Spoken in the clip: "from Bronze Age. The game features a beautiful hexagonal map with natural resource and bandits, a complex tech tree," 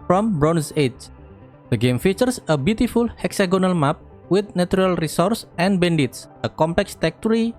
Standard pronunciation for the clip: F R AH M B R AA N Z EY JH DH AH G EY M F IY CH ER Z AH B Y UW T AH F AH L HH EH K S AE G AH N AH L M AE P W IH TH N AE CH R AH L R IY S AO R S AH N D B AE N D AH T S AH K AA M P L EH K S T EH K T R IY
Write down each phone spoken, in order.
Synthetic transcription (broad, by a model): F R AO M B R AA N S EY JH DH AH G EY M F IY CH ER S AH B Y UW T AH F AH L HH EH K S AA G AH N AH L M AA P W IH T N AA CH R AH L R IY S AO R S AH N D B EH N D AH T S AH K AA M P L EH K S T EH K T R IY